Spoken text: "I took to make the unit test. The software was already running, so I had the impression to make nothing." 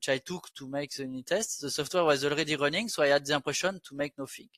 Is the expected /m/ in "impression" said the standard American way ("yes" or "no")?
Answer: no